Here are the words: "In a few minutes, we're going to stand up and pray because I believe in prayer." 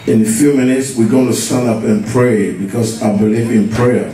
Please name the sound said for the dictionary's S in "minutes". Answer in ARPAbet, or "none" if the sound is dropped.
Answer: S